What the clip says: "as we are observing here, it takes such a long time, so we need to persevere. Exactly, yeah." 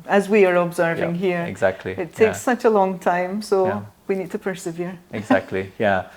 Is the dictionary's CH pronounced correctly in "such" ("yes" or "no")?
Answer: yes